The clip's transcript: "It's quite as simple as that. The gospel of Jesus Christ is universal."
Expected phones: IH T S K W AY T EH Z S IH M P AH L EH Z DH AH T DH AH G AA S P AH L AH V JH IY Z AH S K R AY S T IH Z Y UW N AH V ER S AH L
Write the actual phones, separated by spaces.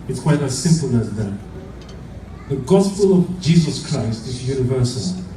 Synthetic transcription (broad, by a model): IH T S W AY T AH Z S IH M P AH L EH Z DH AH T DH AH G AA S P AH L AH V JH IY Z AH S K R AY S T IH Z Y UW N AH V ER S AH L